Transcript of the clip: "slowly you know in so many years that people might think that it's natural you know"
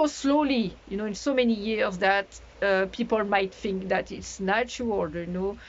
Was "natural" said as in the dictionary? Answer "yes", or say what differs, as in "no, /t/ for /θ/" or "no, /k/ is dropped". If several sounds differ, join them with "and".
no, /ɹ/ is dropped